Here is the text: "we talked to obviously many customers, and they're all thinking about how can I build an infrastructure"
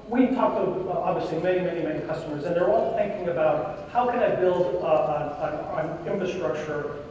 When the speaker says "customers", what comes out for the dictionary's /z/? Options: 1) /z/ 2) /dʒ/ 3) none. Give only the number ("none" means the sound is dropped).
1